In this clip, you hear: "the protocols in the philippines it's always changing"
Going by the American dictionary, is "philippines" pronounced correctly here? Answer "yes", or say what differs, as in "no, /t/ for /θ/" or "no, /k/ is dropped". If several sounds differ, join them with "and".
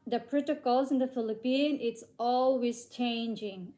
no, /z/ is dropped